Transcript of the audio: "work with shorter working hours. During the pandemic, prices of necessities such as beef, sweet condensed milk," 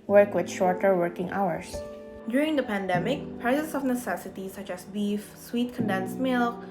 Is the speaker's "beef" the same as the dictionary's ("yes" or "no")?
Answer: yes